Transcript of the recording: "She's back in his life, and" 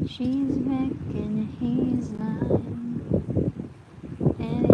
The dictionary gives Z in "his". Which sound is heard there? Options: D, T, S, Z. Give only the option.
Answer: Z